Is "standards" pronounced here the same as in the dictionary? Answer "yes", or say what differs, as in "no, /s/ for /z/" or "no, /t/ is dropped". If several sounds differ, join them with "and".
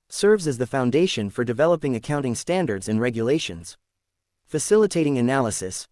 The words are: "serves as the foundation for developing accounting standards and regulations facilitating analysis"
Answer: yes